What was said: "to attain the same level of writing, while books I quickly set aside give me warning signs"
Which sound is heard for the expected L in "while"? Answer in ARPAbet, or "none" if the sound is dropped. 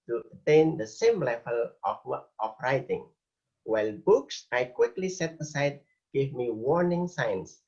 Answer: L